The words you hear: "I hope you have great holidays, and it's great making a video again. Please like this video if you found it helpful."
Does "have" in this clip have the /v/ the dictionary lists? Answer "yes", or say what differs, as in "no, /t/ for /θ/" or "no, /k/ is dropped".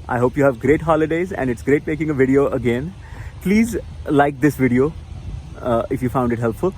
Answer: yes